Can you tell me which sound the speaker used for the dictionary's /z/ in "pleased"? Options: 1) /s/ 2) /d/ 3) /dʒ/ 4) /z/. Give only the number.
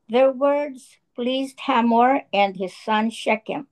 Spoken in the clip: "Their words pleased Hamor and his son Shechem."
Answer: 4